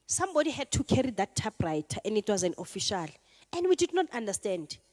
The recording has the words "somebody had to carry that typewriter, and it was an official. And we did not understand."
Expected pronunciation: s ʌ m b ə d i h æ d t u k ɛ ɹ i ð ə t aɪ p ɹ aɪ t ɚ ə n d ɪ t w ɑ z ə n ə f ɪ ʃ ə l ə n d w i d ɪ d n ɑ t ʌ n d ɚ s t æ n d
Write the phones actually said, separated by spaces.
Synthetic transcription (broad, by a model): s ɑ m b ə d i h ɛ d t u k ɛ ɹ i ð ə t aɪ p ɹ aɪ t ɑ ə n d ɪ t w ɑ z ə n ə f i ʃ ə l ə n d w i d ɪ d n ɑ t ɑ n d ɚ s t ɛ n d